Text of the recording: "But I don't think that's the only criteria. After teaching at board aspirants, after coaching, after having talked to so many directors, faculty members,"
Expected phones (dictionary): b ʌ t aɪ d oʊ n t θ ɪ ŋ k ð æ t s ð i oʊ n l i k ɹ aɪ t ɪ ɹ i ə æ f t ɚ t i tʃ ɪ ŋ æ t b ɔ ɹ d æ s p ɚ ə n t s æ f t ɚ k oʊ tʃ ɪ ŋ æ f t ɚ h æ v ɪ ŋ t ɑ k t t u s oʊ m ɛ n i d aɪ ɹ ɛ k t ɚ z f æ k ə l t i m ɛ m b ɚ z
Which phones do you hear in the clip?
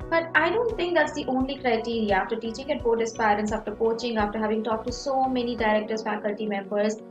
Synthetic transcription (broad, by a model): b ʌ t aɪ d oʊ n t t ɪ ŋ k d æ t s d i oʊ n l i k ɹ aɪ t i ɹ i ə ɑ f t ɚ t i tʃ ɪ ŋ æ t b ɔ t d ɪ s p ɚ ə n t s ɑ f t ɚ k oʊ tʃ ɪ ŋ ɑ f t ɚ h æ v ɪ ŋ t ɑ k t t u s oʊ m ɛ n i d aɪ ɹ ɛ k t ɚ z f æ k ə l t i m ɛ m b ɚ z